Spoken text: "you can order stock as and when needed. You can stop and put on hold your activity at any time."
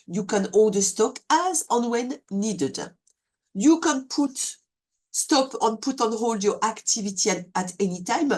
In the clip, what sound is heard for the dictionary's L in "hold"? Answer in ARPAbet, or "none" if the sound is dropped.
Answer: L